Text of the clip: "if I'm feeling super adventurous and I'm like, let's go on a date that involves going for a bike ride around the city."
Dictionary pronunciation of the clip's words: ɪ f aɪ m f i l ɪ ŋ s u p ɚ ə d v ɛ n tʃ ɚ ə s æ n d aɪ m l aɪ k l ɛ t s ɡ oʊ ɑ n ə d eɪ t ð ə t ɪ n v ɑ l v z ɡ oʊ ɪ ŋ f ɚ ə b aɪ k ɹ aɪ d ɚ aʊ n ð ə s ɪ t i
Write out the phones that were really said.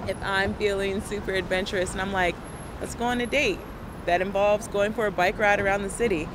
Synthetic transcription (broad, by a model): ɪ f aɪ m f i l ɪ ŋ s u p ɚ ə d v ɛ n tʃ ɚ ə s n aɪ m l aɪ k w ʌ t s ɡ oʊ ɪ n ə d eɪ t ð ə t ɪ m v ɑ l v z ɡ oʊ ɪ ŋ f ɚ ə b aɪ k ɹ aɪ d ɚ aʊ n ð ə s ɪ t i